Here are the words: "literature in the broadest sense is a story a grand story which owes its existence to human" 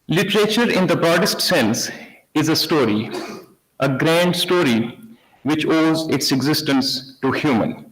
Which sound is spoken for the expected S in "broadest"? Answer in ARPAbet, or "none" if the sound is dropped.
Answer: S